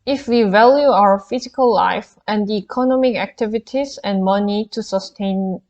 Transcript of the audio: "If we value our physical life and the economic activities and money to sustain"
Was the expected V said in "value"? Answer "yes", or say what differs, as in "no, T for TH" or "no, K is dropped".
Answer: yes